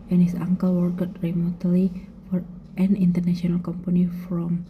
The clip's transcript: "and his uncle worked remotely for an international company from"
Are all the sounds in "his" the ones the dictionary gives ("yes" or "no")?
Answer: no